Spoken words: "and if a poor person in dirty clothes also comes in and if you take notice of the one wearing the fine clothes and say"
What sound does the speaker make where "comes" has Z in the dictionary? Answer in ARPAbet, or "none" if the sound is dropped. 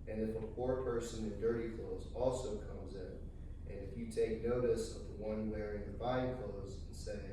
Z